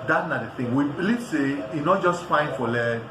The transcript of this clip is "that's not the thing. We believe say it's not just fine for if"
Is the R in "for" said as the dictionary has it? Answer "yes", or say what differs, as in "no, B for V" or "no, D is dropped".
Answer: no, L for R